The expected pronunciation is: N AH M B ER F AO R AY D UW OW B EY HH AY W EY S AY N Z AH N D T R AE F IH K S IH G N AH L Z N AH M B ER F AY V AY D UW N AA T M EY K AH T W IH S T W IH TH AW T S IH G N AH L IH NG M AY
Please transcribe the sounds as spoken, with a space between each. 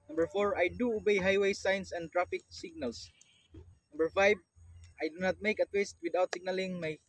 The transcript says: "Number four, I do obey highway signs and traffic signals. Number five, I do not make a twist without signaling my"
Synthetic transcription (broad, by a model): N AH M B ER F AO R AY D UW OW B EY HH AY W EY S AY N S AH N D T R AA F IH K S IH G N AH L S N AH M B ER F AY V AY D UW N AA T M EY K AH T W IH S T W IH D AW T S IH G N AH L IH NG M AY